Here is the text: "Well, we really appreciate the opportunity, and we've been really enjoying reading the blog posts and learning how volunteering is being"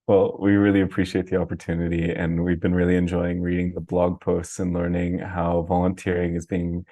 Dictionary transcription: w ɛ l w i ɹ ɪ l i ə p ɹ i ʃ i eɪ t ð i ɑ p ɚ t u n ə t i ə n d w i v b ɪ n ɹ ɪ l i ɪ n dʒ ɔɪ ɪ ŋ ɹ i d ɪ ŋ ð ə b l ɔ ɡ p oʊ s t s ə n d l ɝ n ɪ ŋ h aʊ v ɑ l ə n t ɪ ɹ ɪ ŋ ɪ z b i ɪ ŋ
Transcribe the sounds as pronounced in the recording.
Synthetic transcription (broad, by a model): w ɛ l w i ɹ ɪ l i ə p ɹ i ʃ i eɪ t ð i ɑ p ɚ t u n ə t i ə n w i v b ɪ n ɹ ɪ l i ɪ n dʒ ɔɪ ɪ ŋ ɹ i d ɪ ŋ ð ə b l ɔ ɡ p oʊ s t s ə n l ɝ n ɪ ŋ h aʊ v ɑ l ə n t ɪ ɹ ɪ ŋ ɪ z b i ɪ ŋ